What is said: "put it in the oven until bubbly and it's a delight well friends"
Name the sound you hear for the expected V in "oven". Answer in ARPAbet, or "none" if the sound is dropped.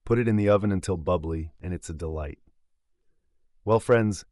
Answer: V